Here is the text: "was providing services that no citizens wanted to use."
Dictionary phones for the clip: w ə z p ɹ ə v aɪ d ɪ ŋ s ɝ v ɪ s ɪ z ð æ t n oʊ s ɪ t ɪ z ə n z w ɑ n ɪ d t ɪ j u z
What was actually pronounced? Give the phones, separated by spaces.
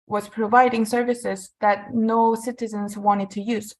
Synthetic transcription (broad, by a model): w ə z p ɹ ə v aɪ d ɪ ŋ s ɝ v ɪ s ɪ z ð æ t n oʊ s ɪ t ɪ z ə n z w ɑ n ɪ d t ɪ j u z